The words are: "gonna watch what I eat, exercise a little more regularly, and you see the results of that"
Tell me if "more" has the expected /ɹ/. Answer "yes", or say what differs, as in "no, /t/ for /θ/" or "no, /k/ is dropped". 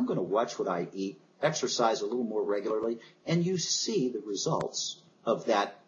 yes